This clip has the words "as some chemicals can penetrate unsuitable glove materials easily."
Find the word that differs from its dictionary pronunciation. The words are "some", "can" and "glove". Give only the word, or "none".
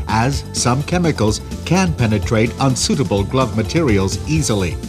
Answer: none